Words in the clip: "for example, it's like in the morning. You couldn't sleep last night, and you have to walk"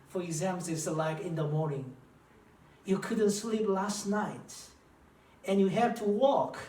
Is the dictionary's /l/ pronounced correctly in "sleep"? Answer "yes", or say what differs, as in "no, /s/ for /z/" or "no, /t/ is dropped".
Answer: yes